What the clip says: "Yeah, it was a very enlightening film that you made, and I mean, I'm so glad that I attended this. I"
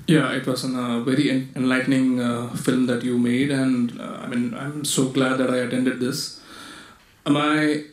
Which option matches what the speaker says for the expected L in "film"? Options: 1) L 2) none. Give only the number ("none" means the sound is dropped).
1